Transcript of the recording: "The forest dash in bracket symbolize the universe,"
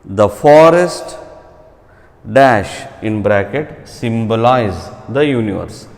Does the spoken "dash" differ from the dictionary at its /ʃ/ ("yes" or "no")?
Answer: no